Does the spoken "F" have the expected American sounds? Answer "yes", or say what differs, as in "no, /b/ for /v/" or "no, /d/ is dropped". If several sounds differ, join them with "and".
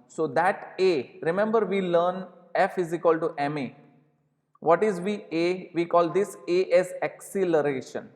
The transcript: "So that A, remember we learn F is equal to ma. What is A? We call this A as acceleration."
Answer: yes